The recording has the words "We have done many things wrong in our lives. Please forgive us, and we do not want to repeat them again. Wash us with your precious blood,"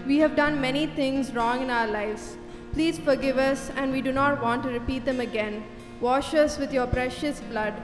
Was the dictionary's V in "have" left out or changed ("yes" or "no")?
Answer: no